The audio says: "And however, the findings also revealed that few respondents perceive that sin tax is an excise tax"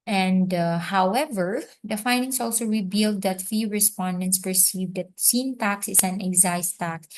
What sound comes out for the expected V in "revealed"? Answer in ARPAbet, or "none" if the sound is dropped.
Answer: B